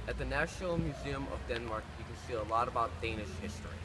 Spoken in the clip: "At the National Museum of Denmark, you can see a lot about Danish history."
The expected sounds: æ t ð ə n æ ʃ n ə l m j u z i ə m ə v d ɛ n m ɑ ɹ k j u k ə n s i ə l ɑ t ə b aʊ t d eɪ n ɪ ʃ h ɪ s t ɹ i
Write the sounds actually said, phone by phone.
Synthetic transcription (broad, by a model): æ t ð ə n æ ʃ n l m j u z i ə m ə v d ɛ n m ɑ ɹ k j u k ə n s i ə l ɑ t ə b aʊ t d eɪ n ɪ ʃ h ɪ s t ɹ i